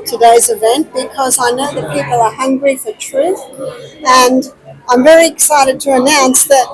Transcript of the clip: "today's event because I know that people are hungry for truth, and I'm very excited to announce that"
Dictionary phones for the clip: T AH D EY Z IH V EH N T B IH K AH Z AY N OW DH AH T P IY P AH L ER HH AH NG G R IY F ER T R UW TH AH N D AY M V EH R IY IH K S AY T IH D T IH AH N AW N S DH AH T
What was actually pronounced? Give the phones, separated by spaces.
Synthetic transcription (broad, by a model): T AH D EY Z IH V EH N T B IH K AH Z AY N OW DH AH T P IY P L ER HH AH NG G R IY F ER T R UW TH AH N AY M V EH R IY IH K S AY T IH D T IH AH N AW N S DH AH T